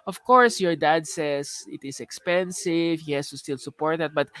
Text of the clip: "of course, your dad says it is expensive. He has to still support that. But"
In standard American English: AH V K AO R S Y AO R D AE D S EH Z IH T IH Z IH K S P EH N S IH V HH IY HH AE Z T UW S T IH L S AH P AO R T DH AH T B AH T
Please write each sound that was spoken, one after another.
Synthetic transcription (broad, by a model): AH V K AO R S Y AO R D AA D S EH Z IH T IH S IH K S P EH N S IH V HH IY HH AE S T UW S T IH L S AH P AO R T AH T B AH T